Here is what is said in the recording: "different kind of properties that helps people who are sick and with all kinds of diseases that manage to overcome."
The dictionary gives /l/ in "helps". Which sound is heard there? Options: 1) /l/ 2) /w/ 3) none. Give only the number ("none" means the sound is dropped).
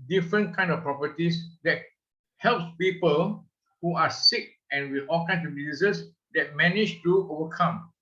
1